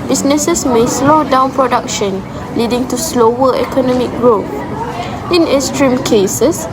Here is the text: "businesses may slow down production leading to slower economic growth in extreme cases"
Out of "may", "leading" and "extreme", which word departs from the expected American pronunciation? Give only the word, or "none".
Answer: extreme